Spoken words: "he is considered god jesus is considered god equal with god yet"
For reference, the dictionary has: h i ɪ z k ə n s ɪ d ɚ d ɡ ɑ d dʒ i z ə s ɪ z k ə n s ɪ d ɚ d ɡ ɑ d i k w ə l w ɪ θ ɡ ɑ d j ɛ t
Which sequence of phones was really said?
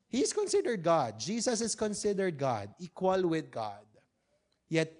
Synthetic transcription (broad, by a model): h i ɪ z k ə n s ɪ d ɚ d ɡ ɑ d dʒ i s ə s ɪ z k ə n s ɪ d ɚ d ɡ ɑ d i k w ə l w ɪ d ɡ ɑ d j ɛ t